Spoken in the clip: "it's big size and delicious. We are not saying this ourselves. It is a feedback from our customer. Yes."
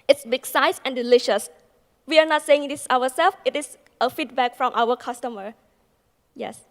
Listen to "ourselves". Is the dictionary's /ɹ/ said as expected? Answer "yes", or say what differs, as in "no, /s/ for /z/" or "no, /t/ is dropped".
no, /w/ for /ɹ/